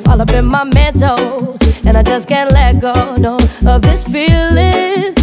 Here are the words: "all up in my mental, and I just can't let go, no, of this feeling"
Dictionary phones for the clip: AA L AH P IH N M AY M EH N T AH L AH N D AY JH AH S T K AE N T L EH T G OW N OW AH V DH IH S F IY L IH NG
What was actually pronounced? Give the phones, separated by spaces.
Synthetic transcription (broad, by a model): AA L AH B IH N M AY M EH N T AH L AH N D AY JH AH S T K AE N L EH T G OW N OW AH V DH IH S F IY L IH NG